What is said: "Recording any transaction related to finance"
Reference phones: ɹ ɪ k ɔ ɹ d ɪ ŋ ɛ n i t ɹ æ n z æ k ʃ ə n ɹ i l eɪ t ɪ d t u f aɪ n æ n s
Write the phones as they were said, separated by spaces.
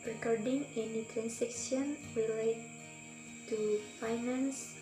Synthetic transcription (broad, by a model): ɹ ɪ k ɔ ɹ d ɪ ŋ ɛ n i t ɹ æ n s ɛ k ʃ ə n w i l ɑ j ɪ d t u f aɪ n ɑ n s